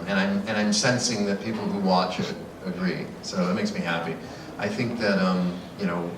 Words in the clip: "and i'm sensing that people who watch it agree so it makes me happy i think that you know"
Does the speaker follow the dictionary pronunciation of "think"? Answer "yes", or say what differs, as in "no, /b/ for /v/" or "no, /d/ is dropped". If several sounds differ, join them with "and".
yes